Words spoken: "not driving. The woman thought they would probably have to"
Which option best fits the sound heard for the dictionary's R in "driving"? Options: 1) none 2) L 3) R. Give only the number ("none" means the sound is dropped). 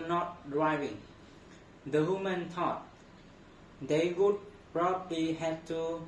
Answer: 3